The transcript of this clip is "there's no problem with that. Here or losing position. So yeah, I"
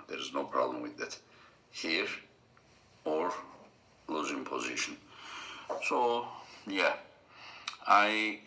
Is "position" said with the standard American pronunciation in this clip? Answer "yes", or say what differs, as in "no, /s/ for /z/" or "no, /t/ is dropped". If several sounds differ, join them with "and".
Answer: yes